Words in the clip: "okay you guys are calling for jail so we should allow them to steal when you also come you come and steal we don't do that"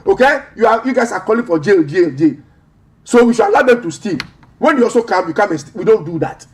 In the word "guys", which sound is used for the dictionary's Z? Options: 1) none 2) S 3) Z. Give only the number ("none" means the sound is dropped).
2